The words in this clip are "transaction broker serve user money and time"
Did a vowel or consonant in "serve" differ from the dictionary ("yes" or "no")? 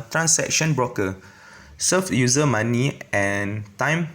yes